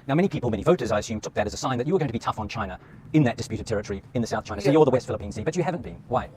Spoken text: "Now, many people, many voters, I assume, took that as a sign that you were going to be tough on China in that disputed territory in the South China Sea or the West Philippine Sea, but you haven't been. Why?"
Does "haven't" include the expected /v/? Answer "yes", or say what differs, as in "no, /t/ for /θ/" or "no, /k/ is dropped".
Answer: yes